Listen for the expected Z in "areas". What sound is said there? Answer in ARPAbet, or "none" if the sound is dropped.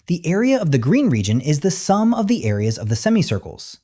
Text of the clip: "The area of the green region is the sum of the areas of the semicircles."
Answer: Z